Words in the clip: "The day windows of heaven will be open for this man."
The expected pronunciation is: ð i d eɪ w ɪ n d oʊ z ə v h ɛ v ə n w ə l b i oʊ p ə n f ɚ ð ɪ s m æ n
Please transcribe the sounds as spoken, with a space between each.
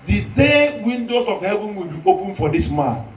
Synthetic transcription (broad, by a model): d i d eɪ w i n d oʊ s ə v h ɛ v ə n w ə l b i oʊ p ə n f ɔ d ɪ s m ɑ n